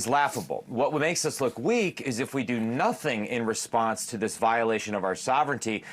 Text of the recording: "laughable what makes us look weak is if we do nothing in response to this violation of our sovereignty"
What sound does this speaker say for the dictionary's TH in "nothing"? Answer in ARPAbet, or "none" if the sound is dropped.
TH